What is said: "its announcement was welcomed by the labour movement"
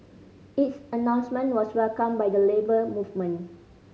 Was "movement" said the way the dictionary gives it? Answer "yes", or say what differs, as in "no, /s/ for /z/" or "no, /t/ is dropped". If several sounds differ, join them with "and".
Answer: no, /t/ is dropped